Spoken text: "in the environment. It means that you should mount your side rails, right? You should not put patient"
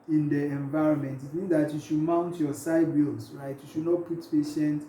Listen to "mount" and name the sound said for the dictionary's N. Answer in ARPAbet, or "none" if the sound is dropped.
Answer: N